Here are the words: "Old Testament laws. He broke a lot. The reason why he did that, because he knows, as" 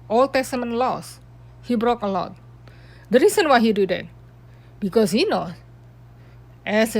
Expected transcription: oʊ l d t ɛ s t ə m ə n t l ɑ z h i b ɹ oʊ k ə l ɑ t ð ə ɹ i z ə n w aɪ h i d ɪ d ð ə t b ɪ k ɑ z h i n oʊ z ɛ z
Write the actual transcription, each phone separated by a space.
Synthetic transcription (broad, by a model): oʊ l t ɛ s t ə m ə n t l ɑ s h i b ɹ oʊ k ə l ɑ t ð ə ɹ i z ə n w aɪ h i d ɪ d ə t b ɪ k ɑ s h i n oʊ ɛ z